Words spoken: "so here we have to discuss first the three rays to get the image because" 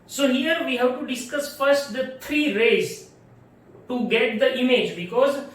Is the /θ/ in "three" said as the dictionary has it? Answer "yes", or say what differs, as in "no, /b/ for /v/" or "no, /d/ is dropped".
no, /t/ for /θ/